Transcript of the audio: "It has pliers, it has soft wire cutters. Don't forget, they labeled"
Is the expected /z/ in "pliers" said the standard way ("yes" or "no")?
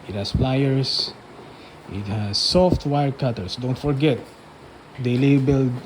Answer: no